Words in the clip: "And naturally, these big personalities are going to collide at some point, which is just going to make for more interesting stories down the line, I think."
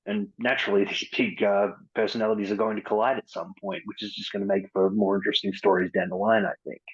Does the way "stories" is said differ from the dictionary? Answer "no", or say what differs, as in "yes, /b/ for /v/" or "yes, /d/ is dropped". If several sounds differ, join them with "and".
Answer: no